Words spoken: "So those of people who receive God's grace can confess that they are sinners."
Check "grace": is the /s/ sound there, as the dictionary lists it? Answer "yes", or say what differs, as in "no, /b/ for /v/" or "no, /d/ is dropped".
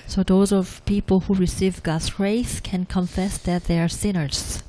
no, /θ/ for /s/